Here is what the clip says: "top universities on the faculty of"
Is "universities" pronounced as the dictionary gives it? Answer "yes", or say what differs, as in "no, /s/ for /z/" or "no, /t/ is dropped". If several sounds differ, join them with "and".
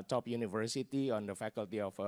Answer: no, /z/ is dropped